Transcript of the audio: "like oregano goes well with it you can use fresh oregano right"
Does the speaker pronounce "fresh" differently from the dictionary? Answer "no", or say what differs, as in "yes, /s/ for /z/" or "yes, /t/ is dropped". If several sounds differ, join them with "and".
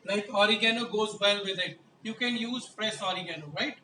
yes, /p/ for /f/ and /s/ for /ʃ/